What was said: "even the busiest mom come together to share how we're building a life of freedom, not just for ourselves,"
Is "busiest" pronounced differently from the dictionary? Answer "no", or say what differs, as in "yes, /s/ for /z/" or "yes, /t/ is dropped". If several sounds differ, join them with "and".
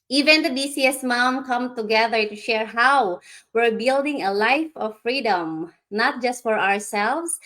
yes, /s/ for /z/